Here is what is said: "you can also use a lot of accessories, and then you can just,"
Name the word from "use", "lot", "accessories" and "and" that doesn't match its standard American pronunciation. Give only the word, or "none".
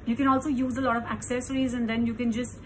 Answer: none